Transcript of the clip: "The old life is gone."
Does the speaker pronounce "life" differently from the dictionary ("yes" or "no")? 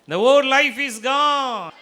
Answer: no